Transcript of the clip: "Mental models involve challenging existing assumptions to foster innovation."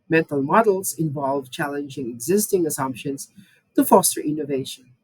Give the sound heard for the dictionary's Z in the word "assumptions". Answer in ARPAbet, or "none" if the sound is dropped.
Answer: S